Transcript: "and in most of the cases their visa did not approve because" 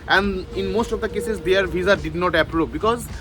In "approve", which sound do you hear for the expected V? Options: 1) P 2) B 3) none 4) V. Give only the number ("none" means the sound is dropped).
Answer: 1